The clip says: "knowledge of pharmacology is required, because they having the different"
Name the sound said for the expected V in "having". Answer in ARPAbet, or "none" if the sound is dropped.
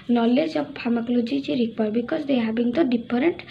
B